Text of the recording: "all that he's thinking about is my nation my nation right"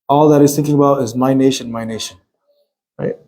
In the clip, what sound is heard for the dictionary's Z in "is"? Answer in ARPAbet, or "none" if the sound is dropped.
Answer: Z